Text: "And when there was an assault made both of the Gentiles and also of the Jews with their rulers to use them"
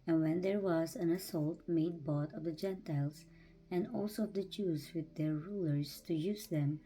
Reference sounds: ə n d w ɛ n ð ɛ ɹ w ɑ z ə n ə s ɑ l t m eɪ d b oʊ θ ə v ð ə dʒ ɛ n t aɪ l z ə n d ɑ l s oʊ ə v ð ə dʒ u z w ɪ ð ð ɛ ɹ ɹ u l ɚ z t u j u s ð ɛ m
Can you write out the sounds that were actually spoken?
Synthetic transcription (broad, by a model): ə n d w ɛ n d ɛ ɹ w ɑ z ə n ə s ɑ l t m eɪ d b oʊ t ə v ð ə dʒ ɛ n t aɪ l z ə n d ɑ l s oʊ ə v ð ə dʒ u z w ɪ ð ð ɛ ɹ ɹ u l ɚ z t u j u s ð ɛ m